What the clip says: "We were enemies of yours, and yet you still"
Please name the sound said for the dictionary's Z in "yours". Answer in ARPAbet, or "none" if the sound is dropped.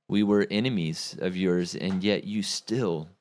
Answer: Z